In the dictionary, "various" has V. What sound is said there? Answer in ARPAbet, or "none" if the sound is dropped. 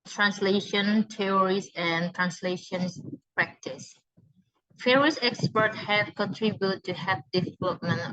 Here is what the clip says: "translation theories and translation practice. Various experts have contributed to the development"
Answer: F